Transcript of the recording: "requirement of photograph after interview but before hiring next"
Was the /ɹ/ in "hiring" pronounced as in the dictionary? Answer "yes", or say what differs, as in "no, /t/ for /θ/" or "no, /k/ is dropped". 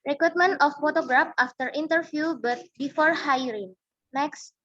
yes